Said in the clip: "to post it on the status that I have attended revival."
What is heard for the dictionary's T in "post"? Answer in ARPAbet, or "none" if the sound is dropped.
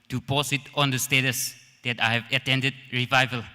none